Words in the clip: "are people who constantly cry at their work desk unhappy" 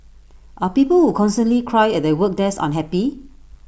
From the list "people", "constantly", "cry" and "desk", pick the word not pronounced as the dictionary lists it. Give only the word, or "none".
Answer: desk